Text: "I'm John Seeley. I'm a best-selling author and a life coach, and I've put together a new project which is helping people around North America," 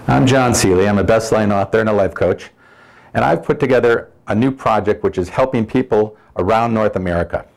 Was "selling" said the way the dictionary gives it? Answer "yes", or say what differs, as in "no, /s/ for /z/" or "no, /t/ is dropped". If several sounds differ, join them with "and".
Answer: no, /l/ is dropped